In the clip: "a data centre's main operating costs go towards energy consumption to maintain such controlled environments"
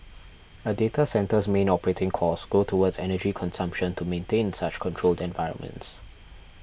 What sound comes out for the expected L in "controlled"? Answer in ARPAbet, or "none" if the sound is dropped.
L